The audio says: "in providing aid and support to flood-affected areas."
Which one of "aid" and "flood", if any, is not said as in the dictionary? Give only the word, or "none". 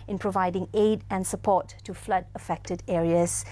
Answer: none